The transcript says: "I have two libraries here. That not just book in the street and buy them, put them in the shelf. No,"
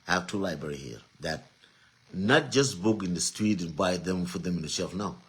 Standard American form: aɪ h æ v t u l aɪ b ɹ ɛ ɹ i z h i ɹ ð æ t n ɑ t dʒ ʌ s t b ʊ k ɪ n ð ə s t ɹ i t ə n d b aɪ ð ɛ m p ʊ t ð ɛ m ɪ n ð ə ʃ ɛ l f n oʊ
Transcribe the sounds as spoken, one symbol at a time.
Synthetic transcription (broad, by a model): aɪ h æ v t u l aɪ b ɹ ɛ ɹ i h i ɹ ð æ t n ɑ t dʒ ʌ s t b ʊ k ɪ n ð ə s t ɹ i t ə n b aɪ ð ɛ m f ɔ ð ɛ m ɪ n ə ʃ ɛ l f n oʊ